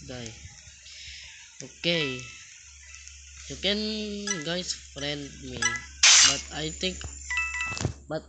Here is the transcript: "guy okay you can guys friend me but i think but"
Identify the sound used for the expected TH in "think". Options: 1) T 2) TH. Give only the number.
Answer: 1